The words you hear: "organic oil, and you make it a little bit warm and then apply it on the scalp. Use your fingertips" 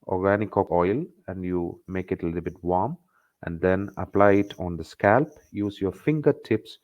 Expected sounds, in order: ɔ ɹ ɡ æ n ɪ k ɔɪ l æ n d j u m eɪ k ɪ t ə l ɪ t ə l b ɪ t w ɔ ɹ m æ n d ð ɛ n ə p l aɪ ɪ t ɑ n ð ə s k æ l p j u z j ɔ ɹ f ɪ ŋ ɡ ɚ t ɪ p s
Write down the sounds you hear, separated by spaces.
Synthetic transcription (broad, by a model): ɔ ɹ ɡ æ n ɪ k ɔɪ l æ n d j u m eɪ k ɪ t ə l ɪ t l b ɪ t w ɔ ɹ m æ n d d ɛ n ə p l aɪ ɪ t ɑ n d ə s k æ l p j u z j ɔ ɹ f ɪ ŋ ɡ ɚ t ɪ p s